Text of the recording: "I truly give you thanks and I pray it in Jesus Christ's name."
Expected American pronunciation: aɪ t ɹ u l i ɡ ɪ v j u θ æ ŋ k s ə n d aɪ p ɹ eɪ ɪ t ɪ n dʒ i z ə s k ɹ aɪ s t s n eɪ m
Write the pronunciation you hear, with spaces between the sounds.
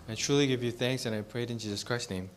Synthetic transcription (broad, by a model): aɪ t ɹ u l i ɡ ɪ v j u θ æ ŋ k s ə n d aɪ p ɹ eɪ ɪ t ɪ n dʒ i z ə s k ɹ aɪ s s n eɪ m